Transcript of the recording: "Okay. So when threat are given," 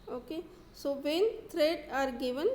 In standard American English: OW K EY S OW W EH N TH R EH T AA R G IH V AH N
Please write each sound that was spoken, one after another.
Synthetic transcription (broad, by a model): OW K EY S OW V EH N T R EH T AA R G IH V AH N